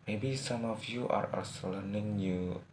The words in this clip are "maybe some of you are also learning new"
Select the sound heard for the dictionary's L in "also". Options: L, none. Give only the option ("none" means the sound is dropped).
none